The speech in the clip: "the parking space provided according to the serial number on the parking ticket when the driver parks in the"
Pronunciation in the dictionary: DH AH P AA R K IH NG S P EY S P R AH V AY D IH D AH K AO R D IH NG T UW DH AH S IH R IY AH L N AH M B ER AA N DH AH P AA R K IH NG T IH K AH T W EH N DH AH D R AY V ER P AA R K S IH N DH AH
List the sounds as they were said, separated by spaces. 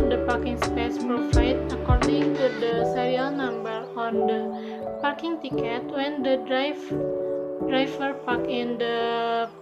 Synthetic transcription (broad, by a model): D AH P AA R K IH NG S P EY S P R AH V AY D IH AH K AO R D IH NG T UW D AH S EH R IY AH L N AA M B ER AA N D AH P AA R K IH NG T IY K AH T W EH N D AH D R AY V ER P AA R K IH N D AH